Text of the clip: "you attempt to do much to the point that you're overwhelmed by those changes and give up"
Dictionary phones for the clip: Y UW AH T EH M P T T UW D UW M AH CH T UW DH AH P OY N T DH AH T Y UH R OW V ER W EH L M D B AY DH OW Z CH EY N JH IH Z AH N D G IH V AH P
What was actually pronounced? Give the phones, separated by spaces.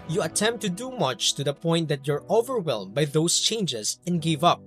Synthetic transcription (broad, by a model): Y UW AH T EH M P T T UW D UW M AH CH T UW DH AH P OY N T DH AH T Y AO R OW V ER W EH L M B AY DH OW S CH EY N JH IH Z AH N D G IH V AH P